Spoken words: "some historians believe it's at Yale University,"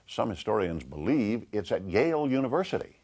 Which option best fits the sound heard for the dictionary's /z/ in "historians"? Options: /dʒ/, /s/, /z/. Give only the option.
/z/